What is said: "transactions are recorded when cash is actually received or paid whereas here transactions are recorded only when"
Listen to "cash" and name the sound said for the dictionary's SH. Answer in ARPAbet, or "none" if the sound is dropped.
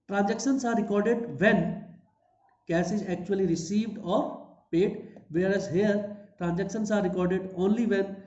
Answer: S